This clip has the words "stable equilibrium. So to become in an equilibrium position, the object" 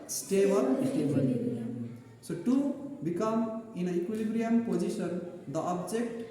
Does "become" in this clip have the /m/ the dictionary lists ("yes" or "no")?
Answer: yes